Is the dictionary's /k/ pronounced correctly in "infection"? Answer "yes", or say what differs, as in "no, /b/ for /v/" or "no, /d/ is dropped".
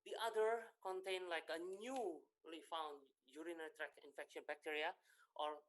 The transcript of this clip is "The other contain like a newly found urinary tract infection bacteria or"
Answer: yes